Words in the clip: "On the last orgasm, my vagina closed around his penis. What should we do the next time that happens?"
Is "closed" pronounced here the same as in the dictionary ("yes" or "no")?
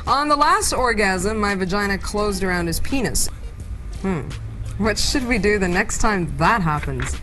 yes